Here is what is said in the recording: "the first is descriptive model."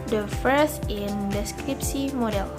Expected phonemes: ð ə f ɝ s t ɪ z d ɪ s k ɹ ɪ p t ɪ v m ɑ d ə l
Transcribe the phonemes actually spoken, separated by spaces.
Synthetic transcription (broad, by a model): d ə f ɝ s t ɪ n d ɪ s k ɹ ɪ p s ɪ m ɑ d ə l